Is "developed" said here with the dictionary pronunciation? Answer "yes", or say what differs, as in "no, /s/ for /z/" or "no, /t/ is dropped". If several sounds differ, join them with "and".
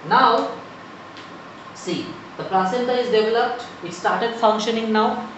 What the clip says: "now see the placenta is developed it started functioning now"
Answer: yes